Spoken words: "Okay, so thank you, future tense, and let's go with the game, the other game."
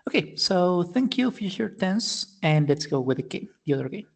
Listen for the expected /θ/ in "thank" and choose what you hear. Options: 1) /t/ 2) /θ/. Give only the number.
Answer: 2